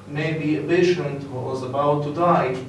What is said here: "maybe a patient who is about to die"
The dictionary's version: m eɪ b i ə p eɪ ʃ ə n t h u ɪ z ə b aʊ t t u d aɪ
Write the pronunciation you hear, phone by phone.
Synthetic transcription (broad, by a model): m eɪ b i ə b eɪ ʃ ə n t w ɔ ɪ z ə b aʊ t t u d aɪ